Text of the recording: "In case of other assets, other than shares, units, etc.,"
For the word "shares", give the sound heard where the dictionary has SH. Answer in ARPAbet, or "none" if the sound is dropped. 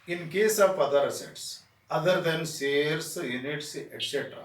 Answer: S